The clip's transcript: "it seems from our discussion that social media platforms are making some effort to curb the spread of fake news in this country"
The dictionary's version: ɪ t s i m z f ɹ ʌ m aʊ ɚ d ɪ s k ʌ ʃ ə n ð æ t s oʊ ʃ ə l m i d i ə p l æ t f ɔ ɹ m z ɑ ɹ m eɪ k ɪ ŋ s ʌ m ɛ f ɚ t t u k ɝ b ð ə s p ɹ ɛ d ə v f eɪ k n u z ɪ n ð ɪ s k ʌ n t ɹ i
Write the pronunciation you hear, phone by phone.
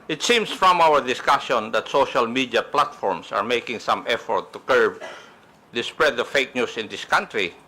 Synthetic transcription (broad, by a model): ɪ t s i m s f ɹ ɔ m aʊ ɚ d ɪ s k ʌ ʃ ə n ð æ t s oʊ ʃ ə l m i d i ə p l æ t f ɔ ɹ m s ɑ ɹ m eɪ k ɪ ŋ s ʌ m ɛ f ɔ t t u k ɝ b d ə s p ɹ ɛ d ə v f eɪ k n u s ɪ n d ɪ s k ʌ n t ɹ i